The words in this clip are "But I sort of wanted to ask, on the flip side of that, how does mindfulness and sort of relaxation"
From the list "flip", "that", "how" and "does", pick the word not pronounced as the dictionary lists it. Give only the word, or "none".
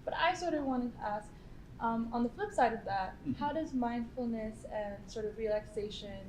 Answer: none